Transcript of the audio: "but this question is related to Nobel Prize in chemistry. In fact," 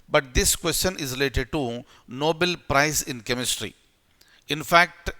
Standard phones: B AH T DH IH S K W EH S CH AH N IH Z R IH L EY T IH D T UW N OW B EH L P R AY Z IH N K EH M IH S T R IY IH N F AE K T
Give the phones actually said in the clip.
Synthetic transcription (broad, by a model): B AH T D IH S K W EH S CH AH N IH Z R IH L EY T IH D T UW N OW B EH L P R AY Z IH N K EH M IH S T R IY IH N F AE K T